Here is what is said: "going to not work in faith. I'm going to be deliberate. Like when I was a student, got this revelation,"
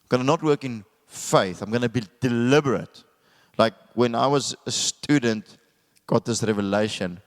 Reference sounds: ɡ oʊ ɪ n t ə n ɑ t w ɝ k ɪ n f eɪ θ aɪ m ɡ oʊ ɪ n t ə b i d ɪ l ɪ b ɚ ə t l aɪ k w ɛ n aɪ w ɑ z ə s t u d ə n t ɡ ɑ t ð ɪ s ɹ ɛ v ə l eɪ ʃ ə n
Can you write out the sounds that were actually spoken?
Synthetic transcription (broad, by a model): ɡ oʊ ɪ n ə n ɑ t w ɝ k ɪ n f eɪ θ aɪ m ɡ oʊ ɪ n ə b i d ɪ l ɪ b ɚ ə t l aɪ k w ɛ n aɪ w ɑ z ə s t u d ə n t ɡ ɑ t ð ɪ s ɹ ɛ v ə l eɪ ʃ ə n